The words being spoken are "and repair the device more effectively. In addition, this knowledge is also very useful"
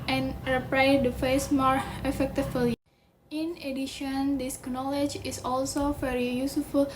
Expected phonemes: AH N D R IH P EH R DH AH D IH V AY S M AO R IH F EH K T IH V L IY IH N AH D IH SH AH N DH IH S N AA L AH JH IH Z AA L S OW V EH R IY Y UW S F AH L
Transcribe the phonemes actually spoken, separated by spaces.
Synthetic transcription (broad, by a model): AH N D R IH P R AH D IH F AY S M AO R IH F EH K T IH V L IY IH N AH D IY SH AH N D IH S N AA L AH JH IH S AA L S OW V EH R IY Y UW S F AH L